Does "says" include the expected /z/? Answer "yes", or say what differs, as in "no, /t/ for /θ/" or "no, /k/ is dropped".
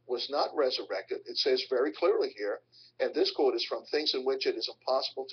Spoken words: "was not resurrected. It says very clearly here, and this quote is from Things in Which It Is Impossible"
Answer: yes